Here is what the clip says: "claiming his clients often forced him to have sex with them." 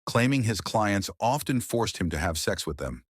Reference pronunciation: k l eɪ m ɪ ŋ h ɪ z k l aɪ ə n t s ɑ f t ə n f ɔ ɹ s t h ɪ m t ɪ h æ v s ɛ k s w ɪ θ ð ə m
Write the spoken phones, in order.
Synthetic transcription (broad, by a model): k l eɪ m ɪ ŋ ɪ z k l aɪ ə n t s ɑ f t ə n f ɔ ɹ s t h ɪ m t ɪ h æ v s ɛ k s w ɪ ð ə m